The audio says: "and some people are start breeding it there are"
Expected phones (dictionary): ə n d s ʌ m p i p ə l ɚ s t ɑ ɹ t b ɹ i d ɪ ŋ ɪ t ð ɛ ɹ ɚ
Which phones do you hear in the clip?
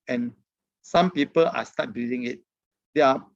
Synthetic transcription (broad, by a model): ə n s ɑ m p i p ə l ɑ s t ɑ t b i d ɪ ŋ ɪ t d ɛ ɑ